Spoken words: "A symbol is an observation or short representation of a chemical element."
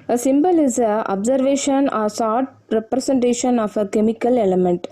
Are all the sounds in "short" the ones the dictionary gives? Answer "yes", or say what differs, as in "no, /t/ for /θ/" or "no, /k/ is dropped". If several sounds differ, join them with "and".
no, /s/ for /ʃ/